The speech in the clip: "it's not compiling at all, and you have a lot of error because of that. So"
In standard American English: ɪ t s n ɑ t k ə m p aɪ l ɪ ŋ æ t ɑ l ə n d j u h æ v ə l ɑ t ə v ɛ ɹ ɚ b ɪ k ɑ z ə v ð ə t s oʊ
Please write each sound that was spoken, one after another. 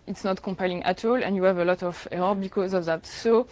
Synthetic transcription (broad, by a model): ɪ t s n ɑ t k ə m p aɪ l ɪ ŋ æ t ɑ l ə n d j u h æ v ə l ɑ t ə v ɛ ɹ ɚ b ɪ k ɑ z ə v ð ə t s oʊ